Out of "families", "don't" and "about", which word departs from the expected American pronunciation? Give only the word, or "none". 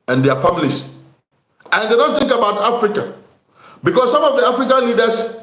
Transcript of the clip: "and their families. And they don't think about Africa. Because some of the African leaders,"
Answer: families